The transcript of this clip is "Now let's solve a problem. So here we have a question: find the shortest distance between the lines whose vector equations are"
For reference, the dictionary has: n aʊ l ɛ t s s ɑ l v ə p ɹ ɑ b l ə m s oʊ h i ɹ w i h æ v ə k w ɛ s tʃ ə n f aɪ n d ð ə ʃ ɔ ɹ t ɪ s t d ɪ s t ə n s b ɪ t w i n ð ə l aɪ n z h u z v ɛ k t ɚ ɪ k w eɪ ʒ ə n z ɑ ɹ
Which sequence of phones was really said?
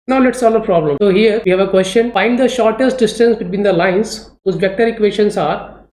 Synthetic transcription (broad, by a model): n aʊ l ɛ t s s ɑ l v ə p ɹ ɑ b l ə m s oʊ h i ɹ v i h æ v ə k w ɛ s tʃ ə n f aɪ n d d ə ʃ ɔ ɹ t ɪ s t d ɪ s t ə n s b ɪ t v i n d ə l aɪ n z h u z b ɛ k t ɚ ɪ k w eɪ ʃ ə n s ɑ ɹ